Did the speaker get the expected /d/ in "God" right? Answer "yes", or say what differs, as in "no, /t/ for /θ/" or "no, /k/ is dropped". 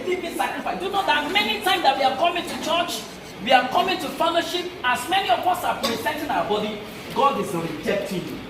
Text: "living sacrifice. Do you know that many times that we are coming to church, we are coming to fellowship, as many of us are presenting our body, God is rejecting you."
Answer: yes